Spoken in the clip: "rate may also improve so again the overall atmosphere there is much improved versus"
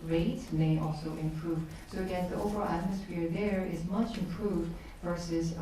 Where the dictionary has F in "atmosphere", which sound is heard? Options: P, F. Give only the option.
F